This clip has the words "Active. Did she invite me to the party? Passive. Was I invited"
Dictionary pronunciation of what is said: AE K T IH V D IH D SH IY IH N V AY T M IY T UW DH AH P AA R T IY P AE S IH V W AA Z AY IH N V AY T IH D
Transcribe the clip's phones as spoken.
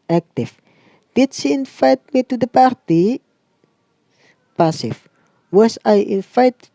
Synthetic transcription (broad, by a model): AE K T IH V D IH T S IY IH N F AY T M IY T UW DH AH P AA R T IY P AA S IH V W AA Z AY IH N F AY T